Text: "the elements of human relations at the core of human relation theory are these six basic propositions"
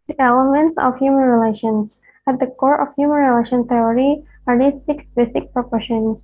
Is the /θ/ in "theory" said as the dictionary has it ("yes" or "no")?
no